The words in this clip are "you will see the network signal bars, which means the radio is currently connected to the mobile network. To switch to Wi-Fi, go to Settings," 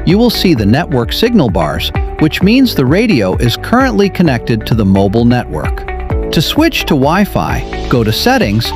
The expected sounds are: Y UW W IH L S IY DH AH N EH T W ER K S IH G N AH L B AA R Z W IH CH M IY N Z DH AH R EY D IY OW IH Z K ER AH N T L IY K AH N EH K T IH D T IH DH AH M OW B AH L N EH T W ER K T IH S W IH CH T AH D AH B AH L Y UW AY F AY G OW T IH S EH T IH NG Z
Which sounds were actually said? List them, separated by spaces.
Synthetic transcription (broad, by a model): Y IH W IH L S IY DH AH N EH T W ER K S IH G N L B AA R Z W IH CH M IY N Z DH AH R EY D IY OW IH Z K ER AH N T L IY K AH N EH K T IH D T IH DH AH M OW B L N EH T W ER K T IH S W IH CH T AH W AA AH F AY G OW T IH S EH T IH NG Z